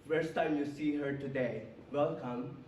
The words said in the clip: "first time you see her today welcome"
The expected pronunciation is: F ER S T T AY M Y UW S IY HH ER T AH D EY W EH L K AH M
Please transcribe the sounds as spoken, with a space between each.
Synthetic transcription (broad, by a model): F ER S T T AY M Y UW S IY HH ER T AH D EY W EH L K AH M